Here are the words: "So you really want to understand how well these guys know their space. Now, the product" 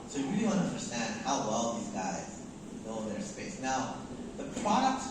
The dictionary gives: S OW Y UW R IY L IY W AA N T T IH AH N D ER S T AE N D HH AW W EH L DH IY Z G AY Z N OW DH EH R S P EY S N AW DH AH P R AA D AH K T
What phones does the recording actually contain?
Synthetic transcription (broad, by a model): S OW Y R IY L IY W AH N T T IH AH N D ER S T AE N D HH AW W EH L DH IY Z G AY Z L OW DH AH R S P EY S N AW DH AH P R AA D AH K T